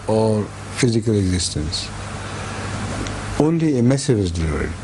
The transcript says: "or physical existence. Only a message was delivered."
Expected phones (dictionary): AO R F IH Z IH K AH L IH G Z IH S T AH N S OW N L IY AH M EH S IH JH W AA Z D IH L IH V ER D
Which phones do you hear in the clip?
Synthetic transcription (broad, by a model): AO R F IH Z IH K AH L IH G Z IH S T AH N S OW N L IY AH M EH S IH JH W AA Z D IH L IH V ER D